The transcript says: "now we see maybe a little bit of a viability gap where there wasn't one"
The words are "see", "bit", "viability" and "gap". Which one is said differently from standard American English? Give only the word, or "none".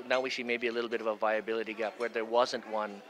see